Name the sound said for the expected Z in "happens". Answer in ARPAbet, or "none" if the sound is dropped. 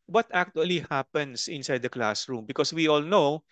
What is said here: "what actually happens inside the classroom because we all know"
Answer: S